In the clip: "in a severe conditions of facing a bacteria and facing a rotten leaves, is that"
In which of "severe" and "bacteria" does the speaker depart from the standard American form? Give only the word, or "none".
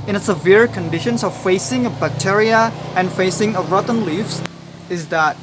none